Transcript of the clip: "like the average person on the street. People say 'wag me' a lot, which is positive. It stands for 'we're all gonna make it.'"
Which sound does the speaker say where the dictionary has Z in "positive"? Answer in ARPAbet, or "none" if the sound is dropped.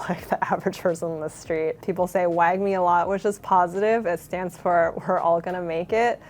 Z